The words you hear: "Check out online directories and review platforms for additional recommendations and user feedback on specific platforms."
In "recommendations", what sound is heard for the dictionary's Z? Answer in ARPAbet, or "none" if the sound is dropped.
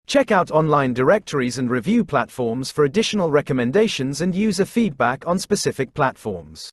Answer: Z